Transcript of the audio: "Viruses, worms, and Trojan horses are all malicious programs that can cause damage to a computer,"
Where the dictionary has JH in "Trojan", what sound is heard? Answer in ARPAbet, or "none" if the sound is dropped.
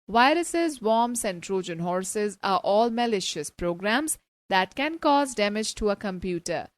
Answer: JH